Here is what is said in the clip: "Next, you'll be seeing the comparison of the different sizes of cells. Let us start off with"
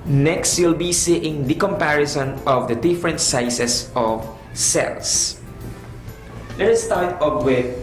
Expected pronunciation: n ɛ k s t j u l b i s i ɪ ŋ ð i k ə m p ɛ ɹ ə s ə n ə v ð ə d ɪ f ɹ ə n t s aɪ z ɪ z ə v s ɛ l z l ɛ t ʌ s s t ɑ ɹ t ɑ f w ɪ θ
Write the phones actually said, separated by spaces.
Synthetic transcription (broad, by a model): n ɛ k s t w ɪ l b i s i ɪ ŋ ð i k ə m p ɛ ɹ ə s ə n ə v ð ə d ɪ f ɹ ə n t s aɪ s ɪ s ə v s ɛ l s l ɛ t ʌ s s t ɑ ɹ t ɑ p w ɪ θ